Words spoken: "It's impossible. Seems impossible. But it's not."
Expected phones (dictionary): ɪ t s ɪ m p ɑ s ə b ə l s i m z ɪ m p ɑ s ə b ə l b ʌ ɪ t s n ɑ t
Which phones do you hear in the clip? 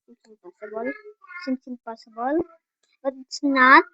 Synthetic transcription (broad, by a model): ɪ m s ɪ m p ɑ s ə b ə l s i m s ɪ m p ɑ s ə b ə l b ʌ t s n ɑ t